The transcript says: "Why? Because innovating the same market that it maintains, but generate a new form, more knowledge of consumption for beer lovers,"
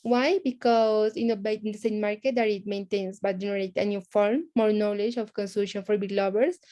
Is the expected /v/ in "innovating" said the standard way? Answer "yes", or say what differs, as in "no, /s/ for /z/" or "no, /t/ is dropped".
no, /b/ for /v/